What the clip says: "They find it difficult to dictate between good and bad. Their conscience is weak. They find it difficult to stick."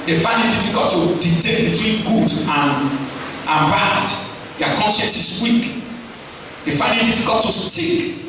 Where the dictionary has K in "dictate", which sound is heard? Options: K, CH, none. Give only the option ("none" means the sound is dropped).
none